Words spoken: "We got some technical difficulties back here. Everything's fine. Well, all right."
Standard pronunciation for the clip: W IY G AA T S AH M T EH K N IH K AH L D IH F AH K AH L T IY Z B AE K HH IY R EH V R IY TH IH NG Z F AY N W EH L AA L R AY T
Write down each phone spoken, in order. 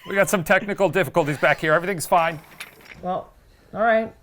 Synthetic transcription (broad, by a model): W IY G AA T S AH M T EH K N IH K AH L D IH F AH K AH L T IY Z B AE K HH IY R EH V R IY TH IH NG Z F AY N W EH L AA L R AY T